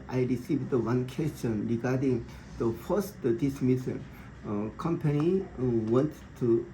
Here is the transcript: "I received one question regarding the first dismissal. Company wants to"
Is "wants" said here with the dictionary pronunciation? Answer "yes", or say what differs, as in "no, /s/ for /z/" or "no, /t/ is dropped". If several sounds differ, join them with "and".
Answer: no, /s/ is dropped